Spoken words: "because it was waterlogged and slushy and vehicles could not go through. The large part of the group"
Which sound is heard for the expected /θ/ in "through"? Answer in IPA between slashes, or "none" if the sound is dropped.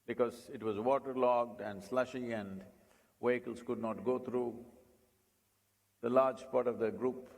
/t/